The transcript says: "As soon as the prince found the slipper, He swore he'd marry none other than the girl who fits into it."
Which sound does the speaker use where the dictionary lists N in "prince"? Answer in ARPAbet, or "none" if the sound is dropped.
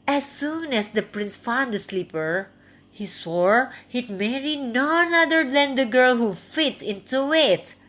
N